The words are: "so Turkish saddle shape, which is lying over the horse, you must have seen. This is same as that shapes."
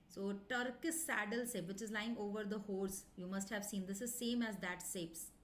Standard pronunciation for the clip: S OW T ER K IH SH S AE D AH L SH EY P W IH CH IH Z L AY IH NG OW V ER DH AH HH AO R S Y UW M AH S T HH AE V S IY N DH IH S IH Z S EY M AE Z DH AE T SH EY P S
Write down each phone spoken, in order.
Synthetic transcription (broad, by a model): S OW T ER K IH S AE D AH L S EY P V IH CH IH Z L AY IH NG OW V ER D AH HH AO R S Y UW M AH S T HH AE V S IY N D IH S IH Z S EY M AE Z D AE T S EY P S